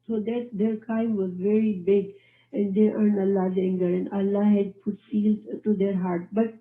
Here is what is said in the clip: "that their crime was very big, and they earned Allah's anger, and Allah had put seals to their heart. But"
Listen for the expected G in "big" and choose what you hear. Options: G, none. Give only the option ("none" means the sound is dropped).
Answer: G